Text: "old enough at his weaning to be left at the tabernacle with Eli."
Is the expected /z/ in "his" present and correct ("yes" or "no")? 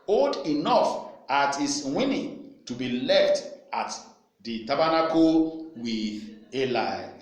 no